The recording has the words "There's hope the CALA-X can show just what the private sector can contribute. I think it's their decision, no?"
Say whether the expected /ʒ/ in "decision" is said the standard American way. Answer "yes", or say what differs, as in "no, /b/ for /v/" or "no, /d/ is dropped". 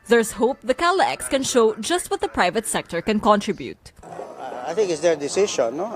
no, /ʃ/ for /ʒ/